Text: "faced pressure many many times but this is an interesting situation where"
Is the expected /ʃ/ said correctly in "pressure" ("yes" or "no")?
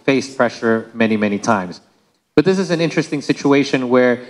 yes